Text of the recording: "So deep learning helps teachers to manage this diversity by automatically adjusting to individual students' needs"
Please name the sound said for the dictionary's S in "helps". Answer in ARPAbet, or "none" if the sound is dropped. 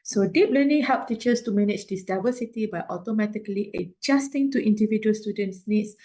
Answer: none